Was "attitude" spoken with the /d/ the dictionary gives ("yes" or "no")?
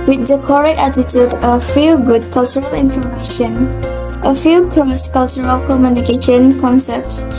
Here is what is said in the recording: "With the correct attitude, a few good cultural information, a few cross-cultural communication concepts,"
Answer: yes